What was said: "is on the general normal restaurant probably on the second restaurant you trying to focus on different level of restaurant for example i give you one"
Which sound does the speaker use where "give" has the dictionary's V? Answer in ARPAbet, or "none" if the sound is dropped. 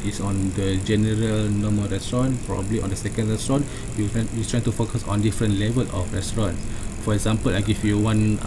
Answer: F